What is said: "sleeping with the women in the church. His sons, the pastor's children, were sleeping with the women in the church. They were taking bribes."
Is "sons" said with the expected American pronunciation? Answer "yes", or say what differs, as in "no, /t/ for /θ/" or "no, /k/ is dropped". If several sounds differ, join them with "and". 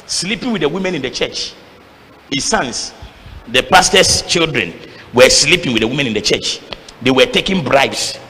no, /s/ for /z/